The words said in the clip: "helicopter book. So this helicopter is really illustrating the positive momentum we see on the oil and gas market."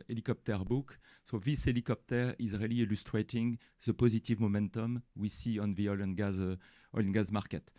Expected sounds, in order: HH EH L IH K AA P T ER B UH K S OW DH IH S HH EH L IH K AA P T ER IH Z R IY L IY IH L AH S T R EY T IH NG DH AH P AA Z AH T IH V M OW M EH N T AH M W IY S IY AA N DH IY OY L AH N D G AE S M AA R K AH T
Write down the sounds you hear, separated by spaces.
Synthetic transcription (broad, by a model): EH L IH K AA P T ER B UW K S OW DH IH S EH L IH K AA P T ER IH Z R IY L IY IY L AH S T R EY T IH NG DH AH P AA Z AH T IH V M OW M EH N T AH M W IY S IY AA N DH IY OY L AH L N G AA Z M AA R K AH T